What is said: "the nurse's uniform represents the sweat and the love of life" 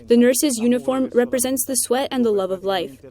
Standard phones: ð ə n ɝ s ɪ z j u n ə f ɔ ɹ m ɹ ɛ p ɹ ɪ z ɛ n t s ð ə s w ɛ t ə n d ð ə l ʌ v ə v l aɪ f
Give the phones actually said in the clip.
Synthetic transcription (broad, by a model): ð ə n ɝ s ɪ z j u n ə f ɔ ɹ m ɹ ɛ p ɹ ɪ z ɛ n t s ð ə s w ɛ t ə n ð ə l ʌ v ə v l aɪ f